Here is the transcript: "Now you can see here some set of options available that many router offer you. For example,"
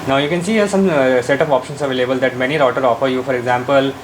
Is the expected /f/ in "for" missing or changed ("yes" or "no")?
no